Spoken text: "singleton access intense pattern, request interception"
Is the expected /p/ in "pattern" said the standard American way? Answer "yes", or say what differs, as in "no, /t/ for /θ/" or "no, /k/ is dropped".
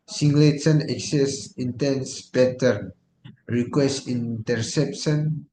no, /b/ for /p/